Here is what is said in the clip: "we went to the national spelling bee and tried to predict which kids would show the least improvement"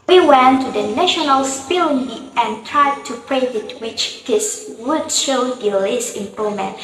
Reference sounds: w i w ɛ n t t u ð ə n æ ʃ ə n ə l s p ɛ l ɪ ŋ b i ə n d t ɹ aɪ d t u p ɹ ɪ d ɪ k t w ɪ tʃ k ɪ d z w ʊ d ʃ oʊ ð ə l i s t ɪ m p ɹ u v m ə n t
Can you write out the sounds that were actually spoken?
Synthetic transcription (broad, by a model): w i w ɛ n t t u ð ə n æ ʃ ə n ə l s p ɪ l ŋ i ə n t ɹ aɪ d t u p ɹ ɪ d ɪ t w ɪ tʃ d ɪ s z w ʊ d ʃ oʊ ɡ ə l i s ɪ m p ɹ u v m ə n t